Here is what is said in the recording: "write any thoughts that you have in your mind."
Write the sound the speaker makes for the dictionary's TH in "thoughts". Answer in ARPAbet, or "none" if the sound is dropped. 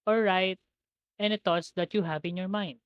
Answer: T